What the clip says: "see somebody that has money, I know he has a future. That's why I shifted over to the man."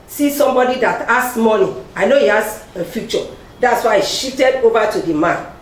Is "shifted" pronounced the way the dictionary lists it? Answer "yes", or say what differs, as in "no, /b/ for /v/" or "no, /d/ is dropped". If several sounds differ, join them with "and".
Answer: no, /f/ is dropped